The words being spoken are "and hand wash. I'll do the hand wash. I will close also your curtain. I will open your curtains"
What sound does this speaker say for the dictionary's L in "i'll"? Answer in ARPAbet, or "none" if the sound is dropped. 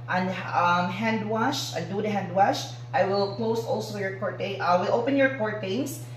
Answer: N